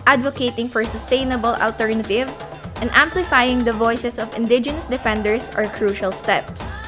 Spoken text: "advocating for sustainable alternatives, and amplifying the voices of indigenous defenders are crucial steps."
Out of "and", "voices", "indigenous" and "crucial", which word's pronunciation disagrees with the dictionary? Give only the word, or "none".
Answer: voices